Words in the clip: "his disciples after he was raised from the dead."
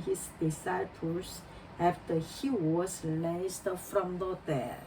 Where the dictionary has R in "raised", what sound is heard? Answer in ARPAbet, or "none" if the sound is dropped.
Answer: L